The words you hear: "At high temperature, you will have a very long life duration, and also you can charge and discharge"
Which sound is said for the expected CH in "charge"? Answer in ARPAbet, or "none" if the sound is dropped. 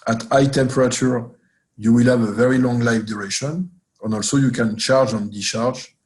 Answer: CH